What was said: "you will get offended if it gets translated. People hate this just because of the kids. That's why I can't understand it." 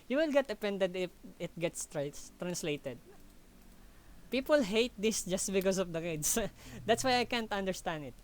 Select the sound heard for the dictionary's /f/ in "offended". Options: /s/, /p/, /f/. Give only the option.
/p/